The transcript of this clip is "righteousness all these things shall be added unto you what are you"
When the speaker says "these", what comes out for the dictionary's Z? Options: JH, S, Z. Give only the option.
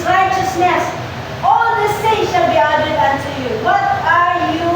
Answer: S